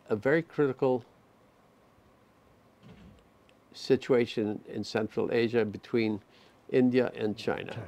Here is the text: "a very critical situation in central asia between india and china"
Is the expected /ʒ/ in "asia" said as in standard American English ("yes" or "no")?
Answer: yes